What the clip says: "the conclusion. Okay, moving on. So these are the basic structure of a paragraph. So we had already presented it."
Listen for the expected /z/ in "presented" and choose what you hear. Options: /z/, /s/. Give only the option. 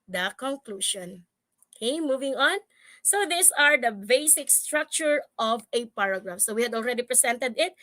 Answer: /s/